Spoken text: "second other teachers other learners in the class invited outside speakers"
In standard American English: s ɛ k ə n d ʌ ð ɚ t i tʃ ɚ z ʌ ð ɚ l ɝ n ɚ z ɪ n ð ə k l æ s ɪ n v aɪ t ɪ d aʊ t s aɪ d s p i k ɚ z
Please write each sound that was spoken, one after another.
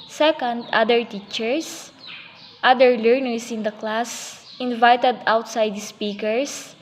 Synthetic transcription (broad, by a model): s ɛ k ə n d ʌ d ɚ t i tʃ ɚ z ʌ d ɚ l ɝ n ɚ s ɪ n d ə k l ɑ s ɪ n v aɪ t ɪ d aʊ t s aɪ d s p i k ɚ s